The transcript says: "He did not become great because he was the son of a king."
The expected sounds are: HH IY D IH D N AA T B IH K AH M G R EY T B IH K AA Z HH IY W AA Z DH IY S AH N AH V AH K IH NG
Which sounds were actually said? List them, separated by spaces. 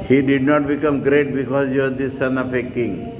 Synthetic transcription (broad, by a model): HH IY D IH D N AA T B IH K AH M G R EY T B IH K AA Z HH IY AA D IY S AH N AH P AH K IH NG